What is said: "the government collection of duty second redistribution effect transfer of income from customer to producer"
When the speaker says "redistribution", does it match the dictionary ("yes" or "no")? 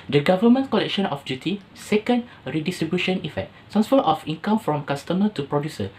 yes